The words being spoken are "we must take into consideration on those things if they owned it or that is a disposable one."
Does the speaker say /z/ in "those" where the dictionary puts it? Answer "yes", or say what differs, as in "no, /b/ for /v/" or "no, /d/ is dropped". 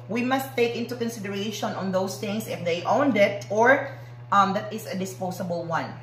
no, /s/ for /z/